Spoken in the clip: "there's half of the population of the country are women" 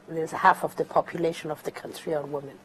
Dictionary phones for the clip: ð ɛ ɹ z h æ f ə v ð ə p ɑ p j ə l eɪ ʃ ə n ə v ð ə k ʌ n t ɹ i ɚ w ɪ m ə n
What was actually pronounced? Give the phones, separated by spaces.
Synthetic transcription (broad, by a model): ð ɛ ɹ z h æ f ə v ð ə p ɑ p j ə l eɪ ʃ ə n ə v ð ə k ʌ n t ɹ i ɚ w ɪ m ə n